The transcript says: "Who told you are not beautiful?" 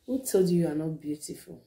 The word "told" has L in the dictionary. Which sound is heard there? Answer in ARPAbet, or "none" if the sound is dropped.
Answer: none